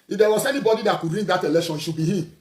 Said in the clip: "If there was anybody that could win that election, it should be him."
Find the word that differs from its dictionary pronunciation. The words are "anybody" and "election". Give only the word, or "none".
election